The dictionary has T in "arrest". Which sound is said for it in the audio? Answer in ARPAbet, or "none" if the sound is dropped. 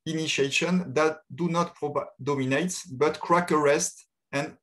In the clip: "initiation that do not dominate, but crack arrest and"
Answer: T